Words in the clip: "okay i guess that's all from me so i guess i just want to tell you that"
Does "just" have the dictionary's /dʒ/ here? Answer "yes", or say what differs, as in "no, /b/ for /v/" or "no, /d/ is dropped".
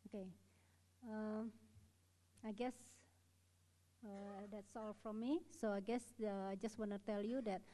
yes